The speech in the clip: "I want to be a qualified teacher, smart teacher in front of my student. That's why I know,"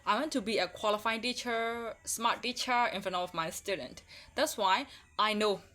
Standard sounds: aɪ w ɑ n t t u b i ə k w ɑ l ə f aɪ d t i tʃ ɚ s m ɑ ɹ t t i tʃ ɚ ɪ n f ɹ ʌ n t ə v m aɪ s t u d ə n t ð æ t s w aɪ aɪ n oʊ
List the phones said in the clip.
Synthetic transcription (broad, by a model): aɪ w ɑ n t t u b i ə k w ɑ l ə f aɪ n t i tʃ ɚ s m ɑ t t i tʃ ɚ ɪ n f ʌ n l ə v m aɪ s t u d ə n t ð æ t s w aɪ aɪ n oʊ